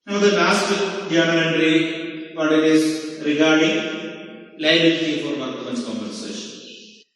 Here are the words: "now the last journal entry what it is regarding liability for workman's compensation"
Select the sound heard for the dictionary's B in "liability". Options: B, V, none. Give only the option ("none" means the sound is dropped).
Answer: none